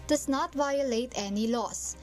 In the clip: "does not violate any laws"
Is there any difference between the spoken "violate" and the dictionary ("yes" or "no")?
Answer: no